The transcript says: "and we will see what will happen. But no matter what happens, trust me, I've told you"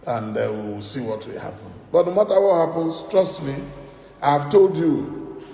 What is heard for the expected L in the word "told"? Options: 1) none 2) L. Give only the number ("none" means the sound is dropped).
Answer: 2